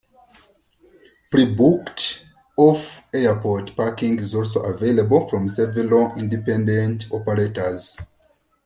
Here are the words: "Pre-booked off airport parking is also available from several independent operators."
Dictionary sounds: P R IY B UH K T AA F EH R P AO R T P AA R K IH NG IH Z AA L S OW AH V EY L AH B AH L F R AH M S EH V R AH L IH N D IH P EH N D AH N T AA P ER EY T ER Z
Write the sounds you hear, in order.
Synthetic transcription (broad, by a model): P R IY B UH K T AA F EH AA P AO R T P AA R K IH NG IH Z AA L S OW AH V EY L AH B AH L F R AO M S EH V AH L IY N D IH P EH N D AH N T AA P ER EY T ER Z